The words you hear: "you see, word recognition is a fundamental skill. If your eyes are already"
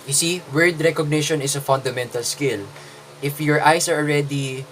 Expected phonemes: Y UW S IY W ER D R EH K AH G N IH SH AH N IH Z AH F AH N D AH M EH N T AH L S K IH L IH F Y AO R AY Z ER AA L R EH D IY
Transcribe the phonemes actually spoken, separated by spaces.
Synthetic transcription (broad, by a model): Y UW S IY W ER D R EH K AH G N IH SH AH N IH S AH F AH N D AH M EH N T AH L S K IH L IH F Y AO R AY S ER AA L R EH D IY